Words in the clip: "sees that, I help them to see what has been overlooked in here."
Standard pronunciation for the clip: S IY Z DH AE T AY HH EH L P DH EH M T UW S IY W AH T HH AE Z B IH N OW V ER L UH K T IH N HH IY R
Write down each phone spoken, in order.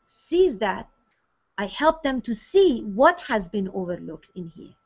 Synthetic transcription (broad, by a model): S IY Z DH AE T AY HH EH L P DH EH M T UW S IY W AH T HH AE Z B IH N OW V ER L UH K T IH N HH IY R